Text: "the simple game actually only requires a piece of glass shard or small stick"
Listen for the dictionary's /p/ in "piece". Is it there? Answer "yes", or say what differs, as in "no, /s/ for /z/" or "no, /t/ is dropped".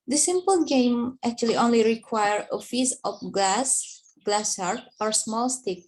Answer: no, /f/ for /p/